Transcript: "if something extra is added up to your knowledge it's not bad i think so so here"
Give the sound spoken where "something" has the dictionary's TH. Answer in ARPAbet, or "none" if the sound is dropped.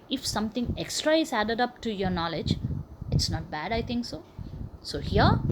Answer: T